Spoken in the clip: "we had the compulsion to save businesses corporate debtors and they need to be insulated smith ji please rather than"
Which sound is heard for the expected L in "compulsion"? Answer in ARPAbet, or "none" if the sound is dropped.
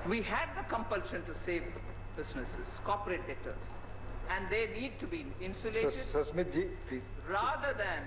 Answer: L